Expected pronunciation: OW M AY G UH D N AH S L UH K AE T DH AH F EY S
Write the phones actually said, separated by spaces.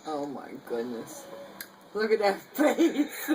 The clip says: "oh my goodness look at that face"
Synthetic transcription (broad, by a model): OW M AY G UH D N AH S L UH K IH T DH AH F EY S